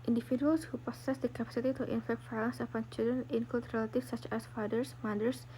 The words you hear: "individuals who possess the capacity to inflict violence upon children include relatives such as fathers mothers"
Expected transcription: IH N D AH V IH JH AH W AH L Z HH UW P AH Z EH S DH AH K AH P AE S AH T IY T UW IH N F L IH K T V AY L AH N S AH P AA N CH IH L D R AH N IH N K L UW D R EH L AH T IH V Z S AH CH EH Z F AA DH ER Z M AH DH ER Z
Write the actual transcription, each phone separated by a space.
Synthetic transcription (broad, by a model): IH N D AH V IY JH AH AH L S HH UW P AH S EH S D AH K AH P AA S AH T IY T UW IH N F EH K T F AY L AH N S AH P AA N CH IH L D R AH N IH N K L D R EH L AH T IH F S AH CH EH S F AA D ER S M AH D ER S